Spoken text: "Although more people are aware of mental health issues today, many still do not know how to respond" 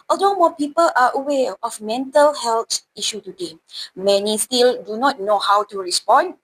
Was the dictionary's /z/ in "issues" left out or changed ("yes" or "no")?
yes